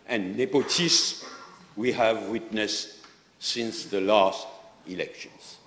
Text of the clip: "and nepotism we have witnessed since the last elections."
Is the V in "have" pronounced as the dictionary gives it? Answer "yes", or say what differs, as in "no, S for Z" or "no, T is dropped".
yes